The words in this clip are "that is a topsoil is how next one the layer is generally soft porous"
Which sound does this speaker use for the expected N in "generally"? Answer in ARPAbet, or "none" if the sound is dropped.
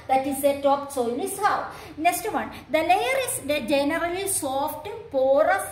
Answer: N